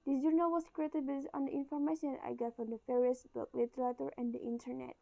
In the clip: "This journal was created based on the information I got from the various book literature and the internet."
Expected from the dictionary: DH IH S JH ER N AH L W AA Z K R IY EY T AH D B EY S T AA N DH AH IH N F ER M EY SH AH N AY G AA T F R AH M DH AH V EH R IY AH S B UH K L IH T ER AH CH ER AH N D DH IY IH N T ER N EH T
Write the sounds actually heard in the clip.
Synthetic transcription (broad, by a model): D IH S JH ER N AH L W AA S K R IY EY T AH D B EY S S AA N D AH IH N F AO M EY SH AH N AY G AA T F R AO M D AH F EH R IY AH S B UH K L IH T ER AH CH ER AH N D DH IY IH N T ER N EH T